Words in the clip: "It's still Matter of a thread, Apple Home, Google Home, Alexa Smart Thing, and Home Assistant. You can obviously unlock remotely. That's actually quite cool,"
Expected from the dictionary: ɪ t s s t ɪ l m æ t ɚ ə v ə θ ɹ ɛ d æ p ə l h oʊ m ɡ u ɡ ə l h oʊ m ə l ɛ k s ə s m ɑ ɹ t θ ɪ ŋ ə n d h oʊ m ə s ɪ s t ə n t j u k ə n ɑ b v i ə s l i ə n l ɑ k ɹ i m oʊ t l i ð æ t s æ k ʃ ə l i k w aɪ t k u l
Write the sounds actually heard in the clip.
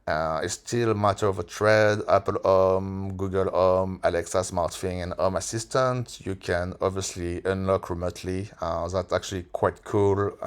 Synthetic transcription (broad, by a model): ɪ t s s t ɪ l m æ t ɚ ə v ə t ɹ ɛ d æ p ə l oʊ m ɡ u ɡ ə l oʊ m ə l ɛ k s ə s m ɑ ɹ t f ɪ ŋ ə n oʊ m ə s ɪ s t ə n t j u k ə n ɑ b v i ə s l i ə n l ɑ k ɹ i m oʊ t l i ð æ t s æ k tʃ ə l i k w aɪ t k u l